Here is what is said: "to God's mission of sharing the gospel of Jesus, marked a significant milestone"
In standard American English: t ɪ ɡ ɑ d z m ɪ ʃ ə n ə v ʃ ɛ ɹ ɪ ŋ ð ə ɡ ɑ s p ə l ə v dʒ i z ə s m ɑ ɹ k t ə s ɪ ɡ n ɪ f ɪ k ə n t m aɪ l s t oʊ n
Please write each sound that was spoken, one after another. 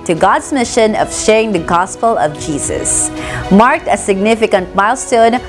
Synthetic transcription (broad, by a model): t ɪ ɡ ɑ d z m ɪ ʃ ə n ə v ʃ ɛ ɹ ɪ ŋ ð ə ɡ ɑ s p ə l ə v dʒ i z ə s m ɑ ɹ k t ə s ɪ ɡ n ɪ f ɪ k ə n t m aɪ l s t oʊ n